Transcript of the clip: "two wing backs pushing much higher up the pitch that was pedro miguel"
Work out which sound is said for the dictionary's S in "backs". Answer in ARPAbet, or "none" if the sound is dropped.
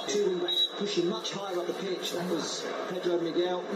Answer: none